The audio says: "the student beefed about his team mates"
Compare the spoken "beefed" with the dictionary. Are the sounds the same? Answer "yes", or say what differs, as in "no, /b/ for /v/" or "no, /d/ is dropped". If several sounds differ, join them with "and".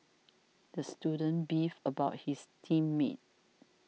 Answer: no, /t/ is dropped